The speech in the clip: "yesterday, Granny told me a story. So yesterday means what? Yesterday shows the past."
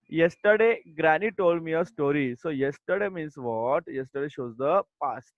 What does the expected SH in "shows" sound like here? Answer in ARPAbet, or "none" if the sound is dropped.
SH